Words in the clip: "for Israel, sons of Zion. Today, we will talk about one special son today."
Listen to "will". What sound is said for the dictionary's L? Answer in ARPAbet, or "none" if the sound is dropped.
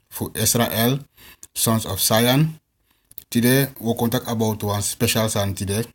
N